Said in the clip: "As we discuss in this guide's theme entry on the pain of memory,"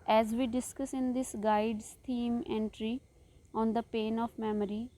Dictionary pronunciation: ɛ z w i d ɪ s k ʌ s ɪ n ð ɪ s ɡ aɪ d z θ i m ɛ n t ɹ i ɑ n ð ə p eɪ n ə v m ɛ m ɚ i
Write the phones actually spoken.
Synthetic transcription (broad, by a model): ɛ z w i d ɪ s k ʌ s ɪ n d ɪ s ɡ aɪ d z t i m ɛ n t ɹ i ɑ n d ə p eɪ n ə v m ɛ m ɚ i